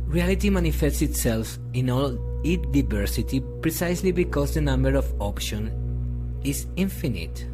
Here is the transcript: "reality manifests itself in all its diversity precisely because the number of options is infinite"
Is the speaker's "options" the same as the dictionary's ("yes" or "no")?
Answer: no